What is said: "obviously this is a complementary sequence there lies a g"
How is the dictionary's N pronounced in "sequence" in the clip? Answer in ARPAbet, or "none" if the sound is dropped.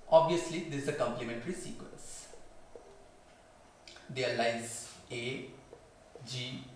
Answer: N